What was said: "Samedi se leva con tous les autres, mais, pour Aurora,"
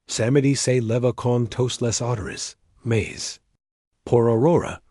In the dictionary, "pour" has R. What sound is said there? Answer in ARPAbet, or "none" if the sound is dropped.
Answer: R